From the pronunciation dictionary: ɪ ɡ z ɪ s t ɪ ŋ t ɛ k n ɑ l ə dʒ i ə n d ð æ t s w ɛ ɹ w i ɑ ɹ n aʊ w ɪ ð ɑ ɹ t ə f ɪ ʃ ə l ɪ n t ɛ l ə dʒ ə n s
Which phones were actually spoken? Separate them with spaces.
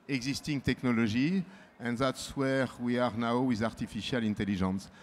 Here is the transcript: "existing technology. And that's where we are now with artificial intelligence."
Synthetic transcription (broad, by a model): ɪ ɡ z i s t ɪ ŋ t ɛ k n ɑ l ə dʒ i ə n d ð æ t s w ɛ ɹ w i ɑ ɹ n aʊ w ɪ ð ɑ ɹ t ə f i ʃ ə l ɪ n t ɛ l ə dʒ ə n s